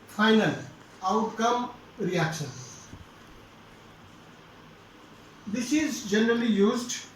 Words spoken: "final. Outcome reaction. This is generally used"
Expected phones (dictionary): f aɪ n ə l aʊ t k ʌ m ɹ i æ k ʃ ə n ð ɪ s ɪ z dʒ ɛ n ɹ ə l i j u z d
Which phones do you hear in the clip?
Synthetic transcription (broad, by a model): f aɪ n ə l aʊ t k ʌ m ɹ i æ k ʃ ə n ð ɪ s ɪ z dʒ ɛ n ɹ ə l i j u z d